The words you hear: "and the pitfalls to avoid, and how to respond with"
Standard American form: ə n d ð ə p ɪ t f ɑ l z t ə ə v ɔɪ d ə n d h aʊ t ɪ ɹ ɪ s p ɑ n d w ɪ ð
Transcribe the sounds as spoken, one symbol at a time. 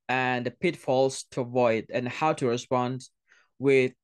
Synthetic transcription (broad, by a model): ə n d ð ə p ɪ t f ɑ l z t ə ə v ɔɪ d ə n h aʊ t ɪ ɹ ɪ s p ɑ n d w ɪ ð